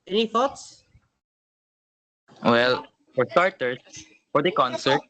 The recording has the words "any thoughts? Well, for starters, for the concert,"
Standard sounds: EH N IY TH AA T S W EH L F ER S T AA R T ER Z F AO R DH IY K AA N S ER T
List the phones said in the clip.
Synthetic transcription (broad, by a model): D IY F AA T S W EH L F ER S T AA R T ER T F AO R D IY K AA N S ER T